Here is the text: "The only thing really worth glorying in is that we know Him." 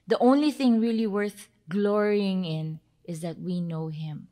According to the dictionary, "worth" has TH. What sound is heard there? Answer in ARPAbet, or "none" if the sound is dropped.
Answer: TH